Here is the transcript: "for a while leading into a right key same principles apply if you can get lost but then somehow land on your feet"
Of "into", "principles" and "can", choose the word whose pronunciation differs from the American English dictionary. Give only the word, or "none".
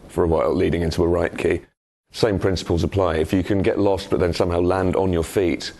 none